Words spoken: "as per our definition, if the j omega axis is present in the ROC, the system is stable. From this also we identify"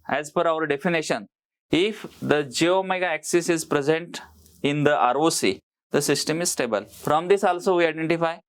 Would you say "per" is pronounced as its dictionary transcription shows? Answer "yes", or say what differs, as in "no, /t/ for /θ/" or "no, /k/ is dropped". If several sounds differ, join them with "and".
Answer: no, /f/ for /p/